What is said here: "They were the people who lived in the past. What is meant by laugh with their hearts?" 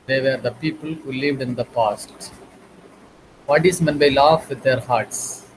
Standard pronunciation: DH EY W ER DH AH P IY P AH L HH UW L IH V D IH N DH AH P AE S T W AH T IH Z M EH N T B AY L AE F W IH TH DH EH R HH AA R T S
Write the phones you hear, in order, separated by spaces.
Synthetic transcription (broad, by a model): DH EY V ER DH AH P IY P AH L HH UW L IH V D IH N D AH P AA S T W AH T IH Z M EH N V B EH L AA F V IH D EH R HH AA R T S